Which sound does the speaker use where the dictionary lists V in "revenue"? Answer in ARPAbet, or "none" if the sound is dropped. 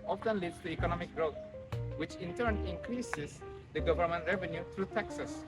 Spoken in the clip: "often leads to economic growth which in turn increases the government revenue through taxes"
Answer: V